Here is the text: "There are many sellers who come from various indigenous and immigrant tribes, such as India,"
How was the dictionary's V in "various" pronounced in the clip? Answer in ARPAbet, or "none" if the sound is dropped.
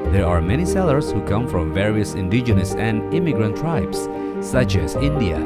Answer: V